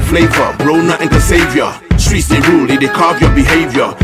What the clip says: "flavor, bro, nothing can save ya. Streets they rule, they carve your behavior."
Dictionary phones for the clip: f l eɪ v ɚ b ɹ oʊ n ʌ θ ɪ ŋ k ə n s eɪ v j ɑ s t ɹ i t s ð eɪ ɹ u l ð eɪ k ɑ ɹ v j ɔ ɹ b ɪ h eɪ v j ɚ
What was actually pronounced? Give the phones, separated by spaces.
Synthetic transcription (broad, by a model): f l eɪ v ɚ b ɹ oʊ n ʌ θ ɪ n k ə s eɪ v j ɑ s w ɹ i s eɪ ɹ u l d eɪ k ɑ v j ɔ b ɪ h eɪ v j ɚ